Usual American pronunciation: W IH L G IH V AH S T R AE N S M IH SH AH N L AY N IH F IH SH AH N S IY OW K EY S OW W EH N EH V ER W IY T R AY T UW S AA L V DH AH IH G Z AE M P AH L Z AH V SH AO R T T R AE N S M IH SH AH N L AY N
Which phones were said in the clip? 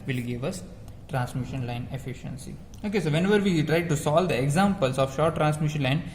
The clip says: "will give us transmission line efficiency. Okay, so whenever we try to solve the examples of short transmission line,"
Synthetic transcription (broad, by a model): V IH L G IH V AH S T R AE N S M IH SH AH N L AY N IH F IH SH AH N S IY OW K EY S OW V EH N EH V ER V IY T R AY T UW S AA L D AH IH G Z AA M P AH L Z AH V SH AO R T T R AE N S M IH SH AH N L AY N